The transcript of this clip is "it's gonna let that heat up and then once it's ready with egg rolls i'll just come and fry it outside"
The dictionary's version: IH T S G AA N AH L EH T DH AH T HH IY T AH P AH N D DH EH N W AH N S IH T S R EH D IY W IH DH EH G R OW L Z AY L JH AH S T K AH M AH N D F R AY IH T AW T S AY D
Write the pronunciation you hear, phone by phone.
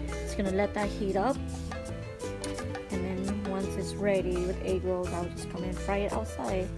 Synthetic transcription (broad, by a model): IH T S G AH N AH L EH T DH AH T HH IY T AH P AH N DH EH N W AH N S IH T S R EH D IY W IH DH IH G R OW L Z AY W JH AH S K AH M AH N F R AY IH T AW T S AY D